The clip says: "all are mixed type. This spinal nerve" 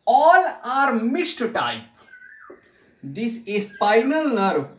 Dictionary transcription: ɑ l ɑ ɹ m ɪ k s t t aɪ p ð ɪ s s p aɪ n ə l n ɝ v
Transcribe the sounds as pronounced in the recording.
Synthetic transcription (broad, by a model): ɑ l ɑ ɹ m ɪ s t t aɪ p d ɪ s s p aɪ n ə l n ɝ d